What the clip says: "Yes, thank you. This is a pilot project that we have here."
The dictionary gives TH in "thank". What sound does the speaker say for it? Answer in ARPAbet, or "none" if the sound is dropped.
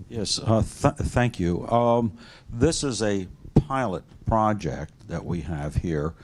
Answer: TH